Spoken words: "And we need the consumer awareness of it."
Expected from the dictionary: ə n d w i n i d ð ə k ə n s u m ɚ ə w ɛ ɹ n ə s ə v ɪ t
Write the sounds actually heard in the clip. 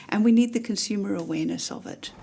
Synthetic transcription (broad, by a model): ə n w i n i d ð ə k ə n s u m ɚ ə w ɛ ɹ n ə s ə v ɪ t